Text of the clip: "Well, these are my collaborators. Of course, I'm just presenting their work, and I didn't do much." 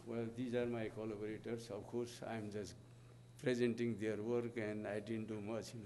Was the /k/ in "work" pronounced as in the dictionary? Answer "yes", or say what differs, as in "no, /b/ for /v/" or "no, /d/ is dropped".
yes